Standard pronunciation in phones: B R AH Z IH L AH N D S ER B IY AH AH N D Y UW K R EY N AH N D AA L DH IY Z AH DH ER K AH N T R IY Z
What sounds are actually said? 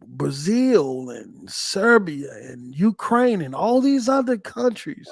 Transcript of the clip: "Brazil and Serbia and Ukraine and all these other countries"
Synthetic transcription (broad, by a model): B R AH Z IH L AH N S ER B IY AH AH N Y UW K R EY N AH N AA L DH IY Z AH DH ER K AH N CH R IY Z